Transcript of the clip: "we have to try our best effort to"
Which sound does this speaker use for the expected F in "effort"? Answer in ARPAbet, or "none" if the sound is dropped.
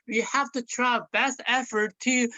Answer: F